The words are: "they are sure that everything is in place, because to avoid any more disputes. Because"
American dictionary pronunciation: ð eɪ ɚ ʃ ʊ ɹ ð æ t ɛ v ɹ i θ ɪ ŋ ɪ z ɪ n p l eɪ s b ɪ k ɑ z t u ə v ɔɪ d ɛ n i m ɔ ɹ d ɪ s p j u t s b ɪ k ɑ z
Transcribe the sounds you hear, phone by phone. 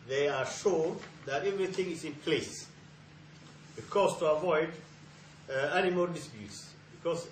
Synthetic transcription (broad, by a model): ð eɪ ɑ ʃ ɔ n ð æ t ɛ v ɹ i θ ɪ ŋ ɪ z ɪ n p l eɪ s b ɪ k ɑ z t u ə v ɔɪ d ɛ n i m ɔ l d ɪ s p j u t s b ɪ k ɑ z